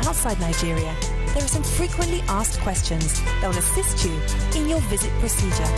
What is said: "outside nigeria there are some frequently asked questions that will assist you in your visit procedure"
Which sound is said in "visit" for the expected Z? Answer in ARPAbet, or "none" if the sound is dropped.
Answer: Z